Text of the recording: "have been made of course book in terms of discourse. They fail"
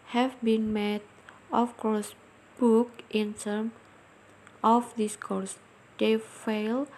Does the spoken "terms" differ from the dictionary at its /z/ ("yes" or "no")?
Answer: yes